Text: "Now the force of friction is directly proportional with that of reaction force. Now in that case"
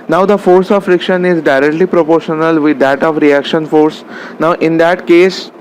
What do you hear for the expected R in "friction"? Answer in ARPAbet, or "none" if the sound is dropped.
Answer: R